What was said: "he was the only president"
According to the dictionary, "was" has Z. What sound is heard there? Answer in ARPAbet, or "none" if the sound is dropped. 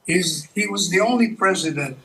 Z